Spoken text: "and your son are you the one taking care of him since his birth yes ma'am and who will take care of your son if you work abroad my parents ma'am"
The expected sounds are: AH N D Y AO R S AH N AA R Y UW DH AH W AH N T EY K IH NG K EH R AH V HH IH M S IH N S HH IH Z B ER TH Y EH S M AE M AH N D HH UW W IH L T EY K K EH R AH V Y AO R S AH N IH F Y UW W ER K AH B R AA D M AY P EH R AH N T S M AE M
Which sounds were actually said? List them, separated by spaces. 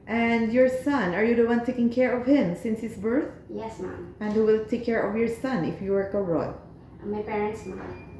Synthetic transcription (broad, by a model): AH N D Y AO R S AH N AA R Y UW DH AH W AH N T EY K IH NG K EH R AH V HH IH M S IH N S HH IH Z B ER TH Y EH S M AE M AH N D HH UW W IH L T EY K K EH R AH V Y AO R S AH N IH F Y UW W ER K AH R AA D M AY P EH R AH N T S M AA